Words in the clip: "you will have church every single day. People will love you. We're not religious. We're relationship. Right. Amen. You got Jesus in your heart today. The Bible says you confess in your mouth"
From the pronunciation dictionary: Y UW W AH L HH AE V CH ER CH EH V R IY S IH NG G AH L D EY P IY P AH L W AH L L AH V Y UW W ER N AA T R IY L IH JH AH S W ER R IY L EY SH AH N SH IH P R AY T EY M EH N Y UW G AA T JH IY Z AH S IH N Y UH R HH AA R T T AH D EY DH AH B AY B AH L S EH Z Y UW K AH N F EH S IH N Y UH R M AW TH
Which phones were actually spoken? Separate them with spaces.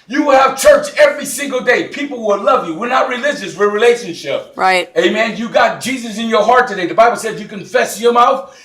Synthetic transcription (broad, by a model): Y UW W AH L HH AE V CH ER CH EH V R IY S IH NG G L D EY P IY P L W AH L L AH V Y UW W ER N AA T R IY L IH JH AH S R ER R IY L EY SH AH N SH IH P R AY T EY M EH N Y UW G AA T JH IY Z AH S IH N Y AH R HH AA R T T AH D EY DH AH B AY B L S EH Z Y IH K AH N F EH S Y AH R M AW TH